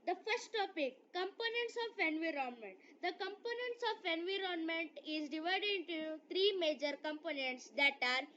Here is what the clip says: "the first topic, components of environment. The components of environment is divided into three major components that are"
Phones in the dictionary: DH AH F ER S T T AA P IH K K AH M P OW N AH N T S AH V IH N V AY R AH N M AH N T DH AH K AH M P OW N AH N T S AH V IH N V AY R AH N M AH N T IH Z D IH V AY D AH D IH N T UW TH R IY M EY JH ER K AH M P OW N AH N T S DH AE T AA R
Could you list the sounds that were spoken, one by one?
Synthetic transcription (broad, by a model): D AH F ER S T T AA P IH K K AH M P OW N AH N T S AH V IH N V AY R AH N M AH N T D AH K AH M P OW N AH N T S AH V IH N V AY R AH N M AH N T IH Z D IH V AY D AH D IH N T UW T R IY M EY JH ER K AH M P OW N AH N T S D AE T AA R